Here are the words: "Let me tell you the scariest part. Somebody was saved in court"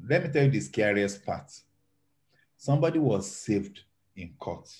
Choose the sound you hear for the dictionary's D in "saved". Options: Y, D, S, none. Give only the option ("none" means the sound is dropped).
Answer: D